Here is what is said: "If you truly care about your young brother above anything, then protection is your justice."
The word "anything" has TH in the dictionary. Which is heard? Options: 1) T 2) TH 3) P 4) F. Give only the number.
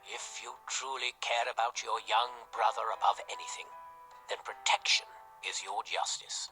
2